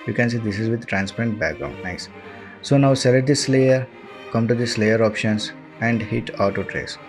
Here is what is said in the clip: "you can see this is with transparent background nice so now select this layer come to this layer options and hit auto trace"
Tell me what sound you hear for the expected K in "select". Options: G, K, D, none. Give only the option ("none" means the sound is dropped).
none